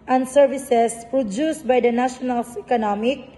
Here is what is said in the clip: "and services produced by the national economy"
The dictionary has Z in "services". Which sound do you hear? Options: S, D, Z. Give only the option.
S